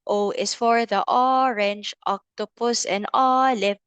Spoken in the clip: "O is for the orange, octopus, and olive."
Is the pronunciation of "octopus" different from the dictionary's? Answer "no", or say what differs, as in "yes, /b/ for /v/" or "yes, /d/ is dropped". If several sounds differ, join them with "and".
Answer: no